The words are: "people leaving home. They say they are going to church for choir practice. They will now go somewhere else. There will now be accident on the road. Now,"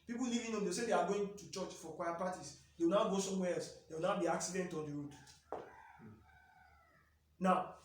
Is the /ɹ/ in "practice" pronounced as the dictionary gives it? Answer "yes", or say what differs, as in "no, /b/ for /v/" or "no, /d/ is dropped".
no, /ɹ/ is dropped